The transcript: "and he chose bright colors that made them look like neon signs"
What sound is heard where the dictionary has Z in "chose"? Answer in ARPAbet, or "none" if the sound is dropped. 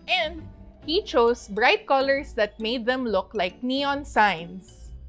S